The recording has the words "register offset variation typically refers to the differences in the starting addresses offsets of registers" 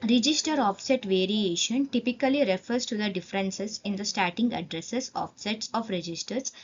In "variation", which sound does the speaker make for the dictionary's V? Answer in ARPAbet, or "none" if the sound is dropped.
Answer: V